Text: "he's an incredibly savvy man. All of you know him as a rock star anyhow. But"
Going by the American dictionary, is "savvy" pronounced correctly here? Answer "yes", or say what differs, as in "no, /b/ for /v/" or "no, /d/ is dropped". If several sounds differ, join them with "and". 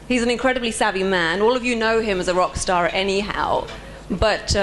no, /b/ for /v/